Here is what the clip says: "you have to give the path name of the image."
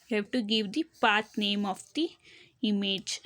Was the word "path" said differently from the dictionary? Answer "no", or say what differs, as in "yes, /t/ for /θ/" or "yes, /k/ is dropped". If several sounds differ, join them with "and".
yes, /t/ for /θ/